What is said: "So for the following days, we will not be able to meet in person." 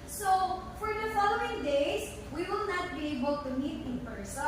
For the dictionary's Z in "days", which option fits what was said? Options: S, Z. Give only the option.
S